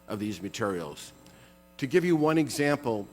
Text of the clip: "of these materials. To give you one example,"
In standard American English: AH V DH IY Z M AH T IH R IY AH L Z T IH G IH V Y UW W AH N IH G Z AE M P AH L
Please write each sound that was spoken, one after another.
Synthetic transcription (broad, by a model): AH V DH IY Z M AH T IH R IY L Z T IH G IH V Y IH W AH N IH G Z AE M P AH L